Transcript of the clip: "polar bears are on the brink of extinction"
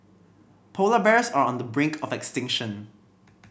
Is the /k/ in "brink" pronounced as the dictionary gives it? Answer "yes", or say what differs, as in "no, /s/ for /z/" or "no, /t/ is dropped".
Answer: yes